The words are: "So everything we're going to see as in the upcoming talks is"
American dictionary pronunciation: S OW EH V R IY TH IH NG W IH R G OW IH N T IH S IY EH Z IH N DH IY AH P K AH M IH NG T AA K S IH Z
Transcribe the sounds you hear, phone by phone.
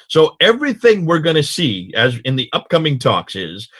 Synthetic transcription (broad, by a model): S OW EH V R IY TH IH NG W IH R G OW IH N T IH S IY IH Z IH N DH IY AH P K AH M IH NG T AA K S IH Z